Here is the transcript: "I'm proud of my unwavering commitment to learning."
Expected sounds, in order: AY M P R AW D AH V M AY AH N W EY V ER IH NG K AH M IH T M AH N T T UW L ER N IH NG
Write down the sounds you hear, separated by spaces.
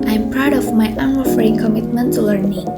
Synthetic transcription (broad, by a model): AY M P R AW D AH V M AY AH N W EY F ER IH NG K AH M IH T M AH N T T UW L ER N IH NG